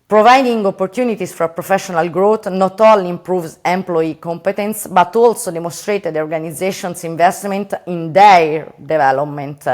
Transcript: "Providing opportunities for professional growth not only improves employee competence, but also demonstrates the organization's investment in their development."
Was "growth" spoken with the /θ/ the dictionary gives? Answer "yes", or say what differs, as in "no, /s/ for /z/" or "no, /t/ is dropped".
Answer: no, /t/ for /θ/